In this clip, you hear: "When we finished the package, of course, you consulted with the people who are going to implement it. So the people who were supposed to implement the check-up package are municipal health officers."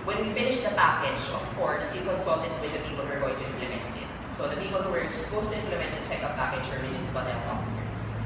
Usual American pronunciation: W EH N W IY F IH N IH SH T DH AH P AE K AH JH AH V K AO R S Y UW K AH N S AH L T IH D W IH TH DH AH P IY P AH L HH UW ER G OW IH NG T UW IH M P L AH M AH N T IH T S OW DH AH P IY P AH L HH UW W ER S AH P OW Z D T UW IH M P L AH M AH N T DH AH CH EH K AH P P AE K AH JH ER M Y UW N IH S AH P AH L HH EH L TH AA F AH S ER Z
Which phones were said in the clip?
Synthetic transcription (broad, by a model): W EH N W IY F IH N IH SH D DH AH P AE K AH JH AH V K AO R S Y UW K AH N S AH L T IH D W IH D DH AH P IY P AH L HH UW ER G OW IH NG T UW IH M P L AH M AH N T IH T S OW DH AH P IY P AH L HH UW W ER S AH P OW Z T UW IH M P L AH M AH N T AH CH EH K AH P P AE K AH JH ER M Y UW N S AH B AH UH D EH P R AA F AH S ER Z